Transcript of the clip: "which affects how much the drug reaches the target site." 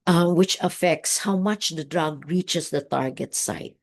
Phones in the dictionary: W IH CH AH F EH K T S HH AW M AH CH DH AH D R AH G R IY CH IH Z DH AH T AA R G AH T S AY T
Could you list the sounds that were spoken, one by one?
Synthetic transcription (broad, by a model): W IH CH AH F EH K T S HH AW M AH CH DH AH D R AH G R IY CH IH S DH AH T AA R G AH T S AY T